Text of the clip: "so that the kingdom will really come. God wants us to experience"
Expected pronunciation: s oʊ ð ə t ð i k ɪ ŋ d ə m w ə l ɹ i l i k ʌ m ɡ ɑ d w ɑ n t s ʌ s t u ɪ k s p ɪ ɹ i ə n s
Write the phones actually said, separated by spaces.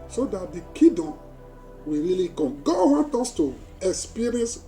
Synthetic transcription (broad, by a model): s oʊ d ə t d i k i d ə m w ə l ɹ i l i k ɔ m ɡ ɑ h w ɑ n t ɔ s t u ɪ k s p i ɹ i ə n s